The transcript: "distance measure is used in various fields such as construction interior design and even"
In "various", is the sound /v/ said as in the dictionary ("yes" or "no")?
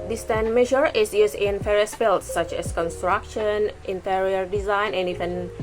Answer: no